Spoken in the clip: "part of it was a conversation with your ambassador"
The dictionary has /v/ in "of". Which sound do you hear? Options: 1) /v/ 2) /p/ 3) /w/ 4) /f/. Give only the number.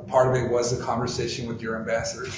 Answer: 1